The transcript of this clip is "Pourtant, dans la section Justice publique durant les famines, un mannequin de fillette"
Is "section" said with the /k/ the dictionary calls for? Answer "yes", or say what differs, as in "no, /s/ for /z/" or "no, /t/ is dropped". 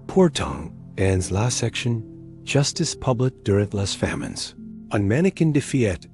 yes